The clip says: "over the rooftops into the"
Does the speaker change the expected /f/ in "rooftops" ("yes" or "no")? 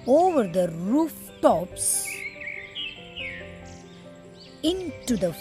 no